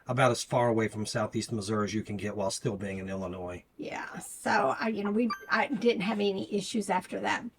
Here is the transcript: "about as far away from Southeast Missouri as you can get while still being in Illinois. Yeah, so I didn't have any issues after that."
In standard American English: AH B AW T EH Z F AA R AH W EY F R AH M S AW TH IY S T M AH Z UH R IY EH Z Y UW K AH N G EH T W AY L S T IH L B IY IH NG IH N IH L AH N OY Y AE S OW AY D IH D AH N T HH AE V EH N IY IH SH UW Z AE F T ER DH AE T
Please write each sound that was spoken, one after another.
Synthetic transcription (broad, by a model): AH B AW T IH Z F AA R AH W EY F R AH M S AW TH IY S T M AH Z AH R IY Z Y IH K AH N G EH T W AY L S T IH L B IY IH NG IH N IH L AH N OY Y AE S OW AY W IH D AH N T HH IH V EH N IY IH SH UW Z AE F T ER DH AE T